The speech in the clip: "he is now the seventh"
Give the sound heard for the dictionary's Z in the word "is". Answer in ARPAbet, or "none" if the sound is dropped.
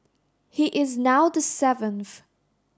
Z